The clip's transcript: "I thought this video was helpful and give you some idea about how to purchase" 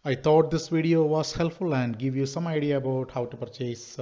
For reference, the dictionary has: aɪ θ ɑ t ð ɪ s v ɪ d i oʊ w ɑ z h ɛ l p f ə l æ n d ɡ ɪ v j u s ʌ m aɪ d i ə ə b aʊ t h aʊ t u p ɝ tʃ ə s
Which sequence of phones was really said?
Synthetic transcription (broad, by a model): aɪ t ɑ t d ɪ s v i d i oʊ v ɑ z h ɛ l p f ə l æ n d ɡ ɪ v j u s ʌ m aɪ d i ə ə b aʊ t h aʊ t u p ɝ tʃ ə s